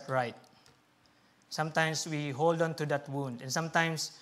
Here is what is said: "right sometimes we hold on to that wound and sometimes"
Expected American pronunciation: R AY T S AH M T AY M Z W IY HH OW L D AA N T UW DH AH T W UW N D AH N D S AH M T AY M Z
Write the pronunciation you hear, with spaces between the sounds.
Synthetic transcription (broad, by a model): R AY T S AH M T AY M S W IY HH OW L D AA N T UW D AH T W UW N D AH N S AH M T AY M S